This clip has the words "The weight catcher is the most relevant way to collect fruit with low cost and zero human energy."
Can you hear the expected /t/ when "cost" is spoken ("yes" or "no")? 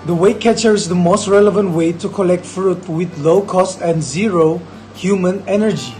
yes